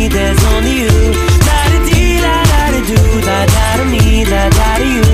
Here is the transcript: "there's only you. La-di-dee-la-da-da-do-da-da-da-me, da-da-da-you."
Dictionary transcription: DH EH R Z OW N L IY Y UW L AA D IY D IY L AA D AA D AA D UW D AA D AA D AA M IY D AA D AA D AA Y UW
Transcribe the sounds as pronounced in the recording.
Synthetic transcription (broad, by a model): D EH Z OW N IY Y UW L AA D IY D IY L AA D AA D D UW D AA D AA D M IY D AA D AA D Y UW